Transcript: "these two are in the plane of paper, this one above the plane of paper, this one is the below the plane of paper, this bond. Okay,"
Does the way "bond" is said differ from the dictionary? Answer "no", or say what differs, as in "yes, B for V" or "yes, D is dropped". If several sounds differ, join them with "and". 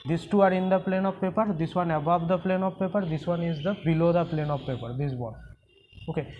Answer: yes, N is dropped